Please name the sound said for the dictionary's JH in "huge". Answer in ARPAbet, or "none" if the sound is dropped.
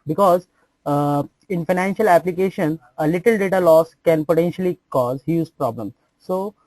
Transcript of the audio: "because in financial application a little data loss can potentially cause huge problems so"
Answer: Z